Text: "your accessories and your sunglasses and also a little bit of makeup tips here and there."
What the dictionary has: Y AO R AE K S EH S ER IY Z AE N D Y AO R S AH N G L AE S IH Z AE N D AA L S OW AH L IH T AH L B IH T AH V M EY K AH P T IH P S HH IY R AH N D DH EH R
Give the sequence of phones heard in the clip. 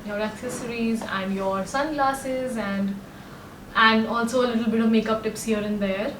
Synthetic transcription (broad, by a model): Y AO R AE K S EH S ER IY Z AE N D Y AO R S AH N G L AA S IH Z AE N D AA L S OW AH L IH T AH L B IH T AH V M EY K AH P T IH P S HH IY R AH N D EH R